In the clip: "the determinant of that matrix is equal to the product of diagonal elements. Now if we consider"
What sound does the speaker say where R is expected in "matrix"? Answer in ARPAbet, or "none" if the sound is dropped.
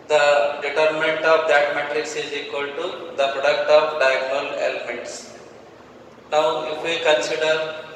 R